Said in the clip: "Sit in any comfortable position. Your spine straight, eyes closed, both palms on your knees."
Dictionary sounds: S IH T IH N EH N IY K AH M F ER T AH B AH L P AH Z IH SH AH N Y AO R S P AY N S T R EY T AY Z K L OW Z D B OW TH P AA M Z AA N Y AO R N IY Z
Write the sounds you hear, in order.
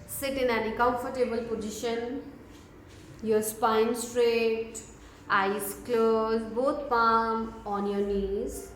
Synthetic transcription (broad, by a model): S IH T IH N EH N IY K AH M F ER T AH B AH L P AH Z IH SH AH N Y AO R S P AY N S T R EY T AY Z K L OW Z B OW T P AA M AA N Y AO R N IY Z